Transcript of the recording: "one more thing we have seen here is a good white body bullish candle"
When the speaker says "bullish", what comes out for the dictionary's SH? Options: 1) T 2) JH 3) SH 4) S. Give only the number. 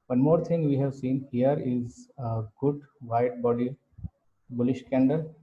3